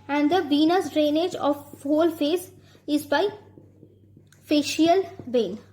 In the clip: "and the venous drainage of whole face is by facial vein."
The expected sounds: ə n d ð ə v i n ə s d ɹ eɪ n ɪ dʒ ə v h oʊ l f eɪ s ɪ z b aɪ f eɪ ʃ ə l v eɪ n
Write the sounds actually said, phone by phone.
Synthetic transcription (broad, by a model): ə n d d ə b i n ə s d ɹ eɪ n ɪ dʒ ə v h oʊ l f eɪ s ɪ z b aɪ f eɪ ʃ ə l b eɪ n